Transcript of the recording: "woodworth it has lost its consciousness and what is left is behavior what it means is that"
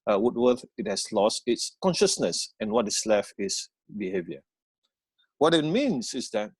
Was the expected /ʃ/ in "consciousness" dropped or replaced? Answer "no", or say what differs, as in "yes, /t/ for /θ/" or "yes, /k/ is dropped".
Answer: no